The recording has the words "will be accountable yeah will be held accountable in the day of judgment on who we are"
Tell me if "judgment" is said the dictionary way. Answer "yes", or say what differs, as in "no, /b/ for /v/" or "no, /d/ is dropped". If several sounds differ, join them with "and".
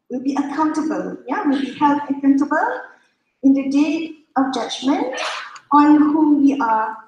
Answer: yes